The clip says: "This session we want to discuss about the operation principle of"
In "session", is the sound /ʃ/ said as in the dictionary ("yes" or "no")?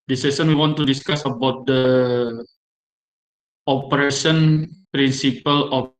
no